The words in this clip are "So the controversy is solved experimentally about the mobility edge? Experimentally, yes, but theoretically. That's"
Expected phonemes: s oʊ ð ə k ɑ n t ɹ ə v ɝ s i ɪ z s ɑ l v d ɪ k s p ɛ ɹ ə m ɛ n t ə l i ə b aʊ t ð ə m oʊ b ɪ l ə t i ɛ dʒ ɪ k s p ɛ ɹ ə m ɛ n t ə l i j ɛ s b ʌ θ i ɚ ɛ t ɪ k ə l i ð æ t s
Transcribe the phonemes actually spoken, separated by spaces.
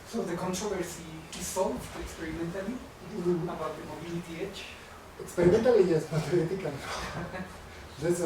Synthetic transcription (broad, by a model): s oʊ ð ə k ɑ n t ɹ ə v ɝ s i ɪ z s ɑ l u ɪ k s p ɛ ɹ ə m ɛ n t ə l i ə b aʊ t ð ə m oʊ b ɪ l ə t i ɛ tʃ ɪ k s p ɛ ɹ ə m ɛ n t ə l i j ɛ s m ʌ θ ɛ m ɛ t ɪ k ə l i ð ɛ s